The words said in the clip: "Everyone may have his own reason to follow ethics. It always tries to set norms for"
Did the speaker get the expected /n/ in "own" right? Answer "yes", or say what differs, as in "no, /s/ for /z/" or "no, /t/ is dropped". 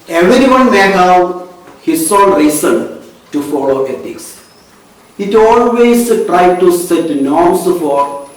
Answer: no, /l/ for /n/